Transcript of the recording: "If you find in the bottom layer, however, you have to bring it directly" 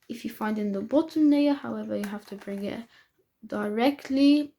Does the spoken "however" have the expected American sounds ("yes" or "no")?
yes